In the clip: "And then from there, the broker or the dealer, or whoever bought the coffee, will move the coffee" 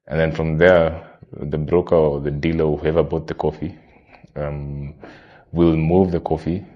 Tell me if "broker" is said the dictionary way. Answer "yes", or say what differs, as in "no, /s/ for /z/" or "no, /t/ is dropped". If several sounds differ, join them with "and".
yes